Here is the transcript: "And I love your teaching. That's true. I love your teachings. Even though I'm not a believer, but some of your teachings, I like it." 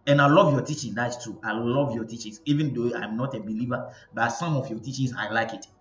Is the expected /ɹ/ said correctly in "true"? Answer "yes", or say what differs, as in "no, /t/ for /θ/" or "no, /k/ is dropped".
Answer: no, /ɹ/ is dropped